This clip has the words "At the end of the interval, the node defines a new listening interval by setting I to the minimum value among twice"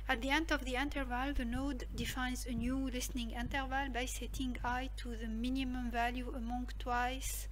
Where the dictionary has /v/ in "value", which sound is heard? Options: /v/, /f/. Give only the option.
/v/